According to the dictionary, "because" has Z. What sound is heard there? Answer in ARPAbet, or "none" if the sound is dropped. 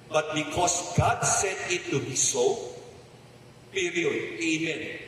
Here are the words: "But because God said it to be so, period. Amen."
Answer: S